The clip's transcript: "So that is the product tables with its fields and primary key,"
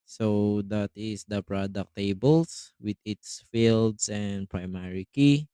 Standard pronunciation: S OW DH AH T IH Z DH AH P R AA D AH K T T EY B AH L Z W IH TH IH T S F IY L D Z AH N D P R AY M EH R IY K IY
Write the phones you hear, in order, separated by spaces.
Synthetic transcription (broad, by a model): S OW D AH T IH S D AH P R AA D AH K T T EY B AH L S W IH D IH T S F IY L D S AH N D P R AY M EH R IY K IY